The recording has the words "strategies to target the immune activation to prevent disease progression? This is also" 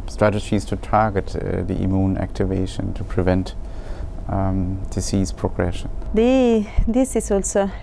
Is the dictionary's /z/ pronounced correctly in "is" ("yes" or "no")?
no